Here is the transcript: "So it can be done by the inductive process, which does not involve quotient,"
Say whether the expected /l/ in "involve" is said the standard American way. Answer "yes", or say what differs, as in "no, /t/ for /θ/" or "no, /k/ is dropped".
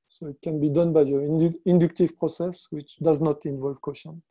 yes